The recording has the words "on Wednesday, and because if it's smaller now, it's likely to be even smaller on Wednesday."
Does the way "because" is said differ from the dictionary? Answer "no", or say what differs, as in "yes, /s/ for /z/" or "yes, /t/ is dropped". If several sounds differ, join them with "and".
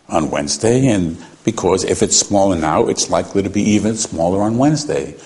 no